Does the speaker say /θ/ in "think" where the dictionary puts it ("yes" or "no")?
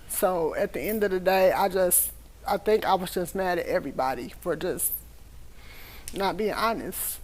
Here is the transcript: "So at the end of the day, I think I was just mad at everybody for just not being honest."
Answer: yes